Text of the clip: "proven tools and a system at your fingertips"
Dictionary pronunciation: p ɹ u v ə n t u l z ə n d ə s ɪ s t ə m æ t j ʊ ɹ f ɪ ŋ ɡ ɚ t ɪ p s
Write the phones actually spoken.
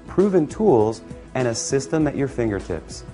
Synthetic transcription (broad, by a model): p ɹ u v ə n t u l z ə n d ə s ɪ s t ə m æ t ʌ ɹ f ɪ ŋ ɡ ɚ t ɪ p s